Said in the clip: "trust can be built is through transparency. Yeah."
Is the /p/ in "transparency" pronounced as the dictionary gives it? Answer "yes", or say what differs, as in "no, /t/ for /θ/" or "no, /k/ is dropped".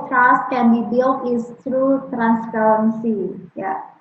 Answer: no, /f/ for /p/